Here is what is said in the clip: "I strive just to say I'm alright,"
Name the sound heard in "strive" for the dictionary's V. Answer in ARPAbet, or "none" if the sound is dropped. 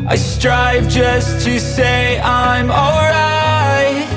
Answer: V